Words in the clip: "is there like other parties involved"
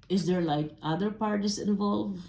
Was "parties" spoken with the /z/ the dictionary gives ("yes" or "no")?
no